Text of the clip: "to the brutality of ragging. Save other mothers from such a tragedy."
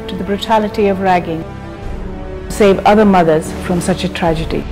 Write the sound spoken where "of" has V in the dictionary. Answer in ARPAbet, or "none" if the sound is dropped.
V